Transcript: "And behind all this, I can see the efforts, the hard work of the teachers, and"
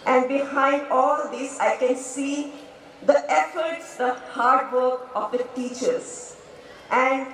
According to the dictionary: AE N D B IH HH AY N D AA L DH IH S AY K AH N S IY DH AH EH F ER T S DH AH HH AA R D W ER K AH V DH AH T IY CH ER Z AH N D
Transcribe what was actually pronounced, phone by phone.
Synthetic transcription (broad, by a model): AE N D B IH HH AY N D AA L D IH S AY K AH N S IY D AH EH F ER T S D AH HH AA R D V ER K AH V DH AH T IY CH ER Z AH N D